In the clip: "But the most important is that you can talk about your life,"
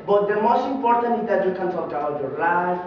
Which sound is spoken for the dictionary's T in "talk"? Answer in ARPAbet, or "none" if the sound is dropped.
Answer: S